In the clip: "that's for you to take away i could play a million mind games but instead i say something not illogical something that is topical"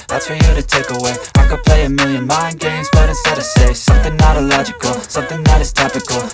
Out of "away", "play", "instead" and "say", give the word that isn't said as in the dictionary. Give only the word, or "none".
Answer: instead